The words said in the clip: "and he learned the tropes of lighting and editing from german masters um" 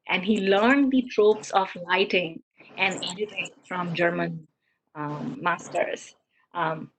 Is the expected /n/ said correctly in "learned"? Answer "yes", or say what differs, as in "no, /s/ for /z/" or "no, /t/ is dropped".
yes